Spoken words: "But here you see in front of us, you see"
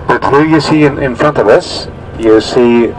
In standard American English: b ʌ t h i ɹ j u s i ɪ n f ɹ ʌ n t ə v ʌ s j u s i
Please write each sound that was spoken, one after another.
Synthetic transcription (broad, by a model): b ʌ t h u j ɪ s i ɪ n f ɹ ʌ n t ə v ʌ s j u s i